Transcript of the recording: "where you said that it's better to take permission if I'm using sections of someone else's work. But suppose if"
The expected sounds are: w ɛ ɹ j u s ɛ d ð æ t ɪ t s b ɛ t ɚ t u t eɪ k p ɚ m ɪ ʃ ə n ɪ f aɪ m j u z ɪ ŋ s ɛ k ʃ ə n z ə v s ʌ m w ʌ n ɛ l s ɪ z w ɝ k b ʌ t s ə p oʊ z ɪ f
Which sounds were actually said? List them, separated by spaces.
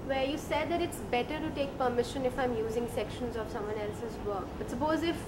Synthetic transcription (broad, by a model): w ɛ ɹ j u s ɛ d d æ t ɪ t s b ɛ t ɚ t u t eɪ k p ɚ m ɪ ʃ ə n ɪ f aɪ m j u z ɪ ŋ s ɛ k ʃ ə n z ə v s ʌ m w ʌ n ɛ l s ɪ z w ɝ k b ʌ t s ə p oʊ z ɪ f